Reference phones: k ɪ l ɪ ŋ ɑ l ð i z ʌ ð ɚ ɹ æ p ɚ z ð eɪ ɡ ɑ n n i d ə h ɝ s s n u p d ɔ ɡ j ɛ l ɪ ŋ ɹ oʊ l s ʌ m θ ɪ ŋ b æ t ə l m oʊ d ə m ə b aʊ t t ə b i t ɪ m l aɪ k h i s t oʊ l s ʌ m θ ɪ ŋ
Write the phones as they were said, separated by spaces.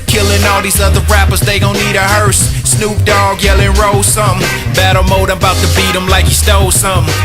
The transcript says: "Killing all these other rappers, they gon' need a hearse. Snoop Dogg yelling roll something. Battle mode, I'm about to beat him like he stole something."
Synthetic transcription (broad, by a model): k ɪ l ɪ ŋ ɑ l ð i z ʌ ð ɚ ɹ æ p ɚ z ð eɪ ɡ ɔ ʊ n i d ə h ɝ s s n u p d ɔ ɡ j ɛ l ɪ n ɹ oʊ s ʌ m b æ t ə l m oʊ ə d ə b aʊ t t ə b i t ɪ m l aɪ k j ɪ s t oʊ s ʌ m